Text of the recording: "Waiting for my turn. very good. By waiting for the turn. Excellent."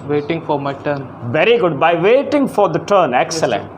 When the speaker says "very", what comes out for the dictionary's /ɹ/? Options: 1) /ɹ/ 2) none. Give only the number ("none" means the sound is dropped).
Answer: 1